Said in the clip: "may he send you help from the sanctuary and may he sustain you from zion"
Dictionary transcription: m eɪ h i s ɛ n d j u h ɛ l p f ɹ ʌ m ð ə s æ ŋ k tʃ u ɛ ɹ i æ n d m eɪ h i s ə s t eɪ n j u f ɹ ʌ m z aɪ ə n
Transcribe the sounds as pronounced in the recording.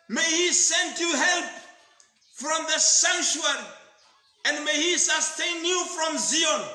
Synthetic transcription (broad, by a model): m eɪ h i s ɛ n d j u h ɛ l p f ɹ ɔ m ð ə s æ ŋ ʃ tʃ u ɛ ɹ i n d m eɪ h i s ə s t eɪ n j u f ɹ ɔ m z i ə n